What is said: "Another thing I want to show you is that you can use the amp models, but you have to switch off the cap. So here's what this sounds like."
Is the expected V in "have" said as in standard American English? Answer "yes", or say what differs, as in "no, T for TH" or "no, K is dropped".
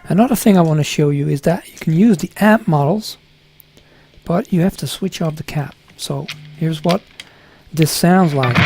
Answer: no, F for V